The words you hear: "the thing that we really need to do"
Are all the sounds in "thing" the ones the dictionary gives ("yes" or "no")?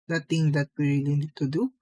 no